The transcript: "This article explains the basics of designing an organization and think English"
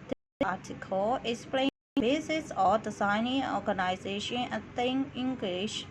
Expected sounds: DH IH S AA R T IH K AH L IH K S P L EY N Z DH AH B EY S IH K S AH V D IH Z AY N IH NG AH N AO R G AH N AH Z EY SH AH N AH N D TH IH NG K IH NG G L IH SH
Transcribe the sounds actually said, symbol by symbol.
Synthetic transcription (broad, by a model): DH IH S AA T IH K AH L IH K S P L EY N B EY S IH S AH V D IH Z AY N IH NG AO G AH N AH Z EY SH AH N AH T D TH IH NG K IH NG G L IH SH